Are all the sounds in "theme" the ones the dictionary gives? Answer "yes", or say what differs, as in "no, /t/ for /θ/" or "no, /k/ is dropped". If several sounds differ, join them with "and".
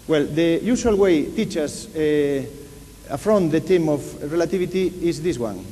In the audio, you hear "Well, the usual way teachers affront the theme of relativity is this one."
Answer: no, /t/ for /θ/